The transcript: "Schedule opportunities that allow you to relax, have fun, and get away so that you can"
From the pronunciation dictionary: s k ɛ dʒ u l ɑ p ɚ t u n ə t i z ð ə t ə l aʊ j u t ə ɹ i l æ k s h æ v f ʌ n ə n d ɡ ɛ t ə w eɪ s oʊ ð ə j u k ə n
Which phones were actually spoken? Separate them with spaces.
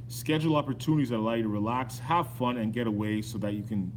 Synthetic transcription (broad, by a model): s k ɛ dʒ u l ɑ p ɚ t u n ə t i z ð ə t ə l aʊ j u t ə ɹ i l æ k s h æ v f ʌ n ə n ɡ ɛ t ə w eɪ s oʊ ð ə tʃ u k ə n